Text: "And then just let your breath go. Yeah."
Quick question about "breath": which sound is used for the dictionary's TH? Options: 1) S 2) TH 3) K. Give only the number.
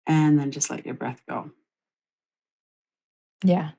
2